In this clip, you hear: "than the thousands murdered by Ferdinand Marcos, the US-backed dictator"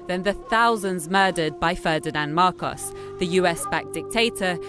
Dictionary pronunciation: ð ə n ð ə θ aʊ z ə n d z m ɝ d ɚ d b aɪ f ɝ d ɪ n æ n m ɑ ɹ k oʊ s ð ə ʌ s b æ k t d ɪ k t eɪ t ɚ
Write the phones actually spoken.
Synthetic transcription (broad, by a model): ð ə n ð ə θ aʊ z ə n d z m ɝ d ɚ d b aɪ f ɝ d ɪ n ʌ n m ɑ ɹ k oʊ s ð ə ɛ s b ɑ k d ɪ k t eɪ t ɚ